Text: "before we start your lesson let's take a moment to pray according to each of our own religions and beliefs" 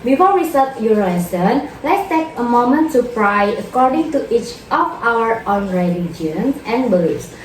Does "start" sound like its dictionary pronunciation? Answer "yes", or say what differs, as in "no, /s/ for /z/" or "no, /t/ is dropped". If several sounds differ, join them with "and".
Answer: no, /l/ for /ɹ/